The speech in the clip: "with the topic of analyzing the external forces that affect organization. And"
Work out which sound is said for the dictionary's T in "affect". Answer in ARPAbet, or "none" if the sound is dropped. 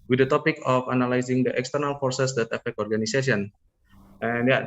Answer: none